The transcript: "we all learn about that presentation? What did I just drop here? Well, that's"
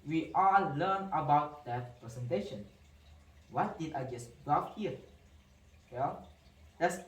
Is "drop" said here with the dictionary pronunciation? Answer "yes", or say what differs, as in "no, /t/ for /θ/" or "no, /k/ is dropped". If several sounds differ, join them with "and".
no, /f/ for /p/